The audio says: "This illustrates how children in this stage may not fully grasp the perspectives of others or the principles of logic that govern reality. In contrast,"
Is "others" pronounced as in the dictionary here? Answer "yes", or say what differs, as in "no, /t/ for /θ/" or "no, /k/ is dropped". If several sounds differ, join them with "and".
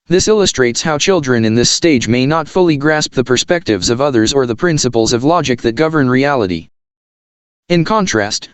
yes